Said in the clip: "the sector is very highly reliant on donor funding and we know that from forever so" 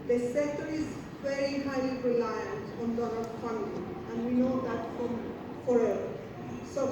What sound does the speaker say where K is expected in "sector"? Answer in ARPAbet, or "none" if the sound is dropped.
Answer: none